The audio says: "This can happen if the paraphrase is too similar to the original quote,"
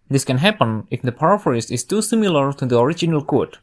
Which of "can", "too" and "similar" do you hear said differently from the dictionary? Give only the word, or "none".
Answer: none